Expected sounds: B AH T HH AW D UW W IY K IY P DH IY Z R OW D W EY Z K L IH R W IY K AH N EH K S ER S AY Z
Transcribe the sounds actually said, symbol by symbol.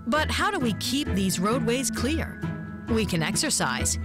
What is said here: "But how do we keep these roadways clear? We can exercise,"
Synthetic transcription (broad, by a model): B AH T HH AW D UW W IY K IY P DH IY Z R OW D W EY Z K L IH R W IY K AH N EH K S ER S AY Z